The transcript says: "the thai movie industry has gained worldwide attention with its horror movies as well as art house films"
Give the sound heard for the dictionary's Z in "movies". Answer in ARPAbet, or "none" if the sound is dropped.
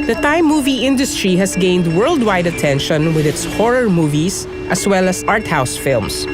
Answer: S